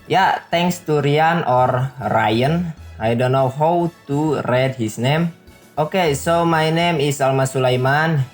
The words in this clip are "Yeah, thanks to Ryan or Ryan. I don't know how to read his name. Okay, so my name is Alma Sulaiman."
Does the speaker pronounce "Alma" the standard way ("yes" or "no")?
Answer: yes